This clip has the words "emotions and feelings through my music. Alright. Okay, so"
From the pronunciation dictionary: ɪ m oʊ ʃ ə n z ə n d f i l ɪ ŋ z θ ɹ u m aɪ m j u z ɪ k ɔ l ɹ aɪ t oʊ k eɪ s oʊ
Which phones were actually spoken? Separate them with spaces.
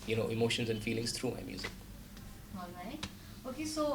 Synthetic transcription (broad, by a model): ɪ m oʊ ʃ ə n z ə n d f i l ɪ ŋ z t ɹ u m aɪ m j u z ɪ k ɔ ɹ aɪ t oʊ k eɪ s oʊ